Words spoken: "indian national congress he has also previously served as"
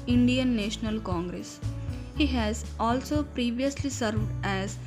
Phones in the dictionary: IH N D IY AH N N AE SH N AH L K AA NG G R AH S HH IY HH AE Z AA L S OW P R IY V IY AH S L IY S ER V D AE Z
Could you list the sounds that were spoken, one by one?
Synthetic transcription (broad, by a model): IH N D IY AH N N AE SH N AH L K AA NG G R AH S HH IY HH AE Z AA L S OW P R IY V IY AH S L IY S ER V D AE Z